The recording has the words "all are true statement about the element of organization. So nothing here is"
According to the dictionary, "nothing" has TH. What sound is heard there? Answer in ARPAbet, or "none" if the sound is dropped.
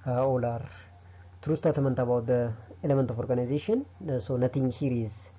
T